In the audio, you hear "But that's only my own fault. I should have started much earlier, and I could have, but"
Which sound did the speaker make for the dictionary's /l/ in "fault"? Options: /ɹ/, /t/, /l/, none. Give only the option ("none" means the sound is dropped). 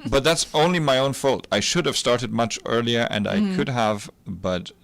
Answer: /l/